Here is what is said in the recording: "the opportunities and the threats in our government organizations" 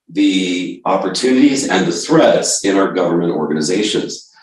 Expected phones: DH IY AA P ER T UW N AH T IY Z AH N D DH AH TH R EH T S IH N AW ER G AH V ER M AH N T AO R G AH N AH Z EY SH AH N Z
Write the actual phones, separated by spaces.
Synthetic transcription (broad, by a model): DH IY AA P ER T UW N AH T IY Z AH N DH AH TH R EH T S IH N AW ER G AH V ER M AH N T AO R G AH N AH Z EY SH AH N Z